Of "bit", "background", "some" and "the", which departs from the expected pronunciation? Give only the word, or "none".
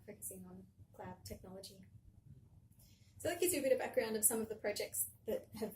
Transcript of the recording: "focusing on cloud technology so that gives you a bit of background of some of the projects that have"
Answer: none